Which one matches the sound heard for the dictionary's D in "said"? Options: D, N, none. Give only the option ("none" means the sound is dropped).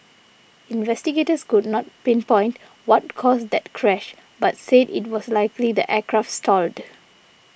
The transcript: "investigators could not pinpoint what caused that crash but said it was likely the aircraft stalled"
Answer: D